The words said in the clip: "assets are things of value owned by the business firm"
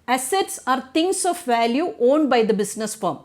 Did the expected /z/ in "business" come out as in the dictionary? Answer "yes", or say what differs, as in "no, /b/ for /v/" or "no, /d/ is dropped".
no, /s/ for /z/